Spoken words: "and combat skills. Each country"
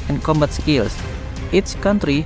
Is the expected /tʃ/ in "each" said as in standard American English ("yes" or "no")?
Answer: no